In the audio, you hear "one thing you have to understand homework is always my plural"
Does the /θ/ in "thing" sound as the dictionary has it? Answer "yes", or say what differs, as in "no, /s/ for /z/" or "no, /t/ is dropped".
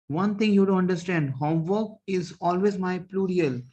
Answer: no, /t/ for /θ/